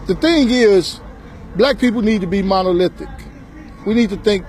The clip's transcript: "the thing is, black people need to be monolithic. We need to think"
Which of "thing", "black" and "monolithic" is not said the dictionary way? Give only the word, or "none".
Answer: none